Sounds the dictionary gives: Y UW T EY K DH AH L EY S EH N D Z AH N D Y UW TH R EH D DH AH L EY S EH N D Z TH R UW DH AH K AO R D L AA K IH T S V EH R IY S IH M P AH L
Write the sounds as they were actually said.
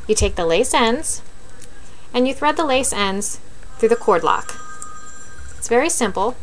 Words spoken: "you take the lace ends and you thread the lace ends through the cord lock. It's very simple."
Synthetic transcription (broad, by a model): Y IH T EY K DH AH L EY S EH N D Z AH N Y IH TH R EH D DH AH L EY S EH N D Z TH R UW DH AH K AO R D L AA K IH T S V EH R IY S IH M P L